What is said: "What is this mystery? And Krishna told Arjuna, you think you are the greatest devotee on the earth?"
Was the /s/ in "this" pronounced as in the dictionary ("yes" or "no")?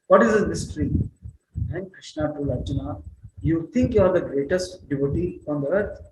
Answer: no